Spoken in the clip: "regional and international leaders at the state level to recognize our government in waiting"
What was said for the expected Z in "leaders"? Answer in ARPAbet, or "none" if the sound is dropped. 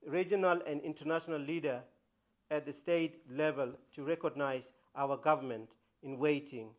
none